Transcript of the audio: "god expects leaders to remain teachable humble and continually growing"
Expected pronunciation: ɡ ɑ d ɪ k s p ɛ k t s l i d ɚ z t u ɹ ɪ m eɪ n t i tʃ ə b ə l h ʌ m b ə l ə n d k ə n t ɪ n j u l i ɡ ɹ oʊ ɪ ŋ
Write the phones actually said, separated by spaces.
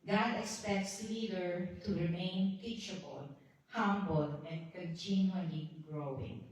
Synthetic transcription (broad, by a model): ɡ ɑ d ɪ k s p ɛ k t s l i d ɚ t u ɹ ɪ m eɪ n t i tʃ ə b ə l h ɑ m b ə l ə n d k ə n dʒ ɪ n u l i ɡ ɹ oʊ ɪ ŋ